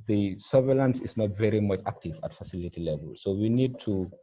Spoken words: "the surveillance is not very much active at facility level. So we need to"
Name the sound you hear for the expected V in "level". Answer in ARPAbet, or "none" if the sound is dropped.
V